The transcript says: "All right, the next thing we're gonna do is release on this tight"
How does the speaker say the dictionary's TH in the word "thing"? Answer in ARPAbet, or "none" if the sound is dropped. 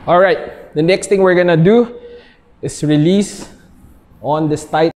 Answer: T